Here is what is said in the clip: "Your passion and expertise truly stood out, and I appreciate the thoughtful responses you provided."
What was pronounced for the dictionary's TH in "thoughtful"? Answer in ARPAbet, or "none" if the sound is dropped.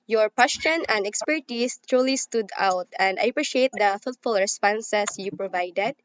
F